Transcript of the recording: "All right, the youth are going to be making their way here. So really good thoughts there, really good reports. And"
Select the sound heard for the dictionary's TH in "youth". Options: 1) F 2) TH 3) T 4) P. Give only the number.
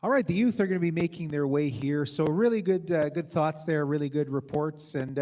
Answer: 2